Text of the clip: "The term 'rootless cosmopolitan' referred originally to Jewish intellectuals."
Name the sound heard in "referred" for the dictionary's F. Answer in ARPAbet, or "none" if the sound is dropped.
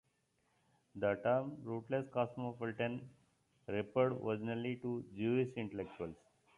P